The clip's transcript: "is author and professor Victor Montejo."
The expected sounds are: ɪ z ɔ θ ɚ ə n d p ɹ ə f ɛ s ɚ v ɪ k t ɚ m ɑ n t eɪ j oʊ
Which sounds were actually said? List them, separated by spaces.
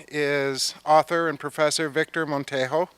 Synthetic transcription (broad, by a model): ɪ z ɔ θ ɚ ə n p ɹ ə f ɛ s ɚ v ɪ k t ɚ m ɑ n t eɪ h oʊ